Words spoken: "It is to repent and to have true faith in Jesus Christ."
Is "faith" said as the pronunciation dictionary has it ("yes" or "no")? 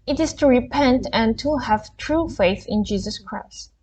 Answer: yes